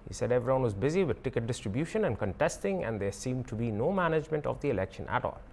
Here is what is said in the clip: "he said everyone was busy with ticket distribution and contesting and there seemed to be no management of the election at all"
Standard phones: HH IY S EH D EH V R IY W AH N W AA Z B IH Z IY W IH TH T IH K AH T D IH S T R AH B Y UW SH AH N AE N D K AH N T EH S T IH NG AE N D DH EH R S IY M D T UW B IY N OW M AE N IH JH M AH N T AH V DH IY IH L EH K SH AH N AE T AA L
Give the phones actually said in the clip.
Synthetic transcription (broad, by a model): HH IY S EH D EH V R IY W AH N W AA Z B IH Z IY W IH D T IH K AH T D IH S T R AH B Y UW SH AH N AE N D K AH N T EH S T IH NG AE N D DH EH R S IY M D T UW B IY N OW M AE N IH JH M AH N T AH V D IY IH L EH K SH AH N AE T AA L